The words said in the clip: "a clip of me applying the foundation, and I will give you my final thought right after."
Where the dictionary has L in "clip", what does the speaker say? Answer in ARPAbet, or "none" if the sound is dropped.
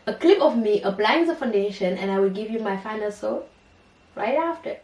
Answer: L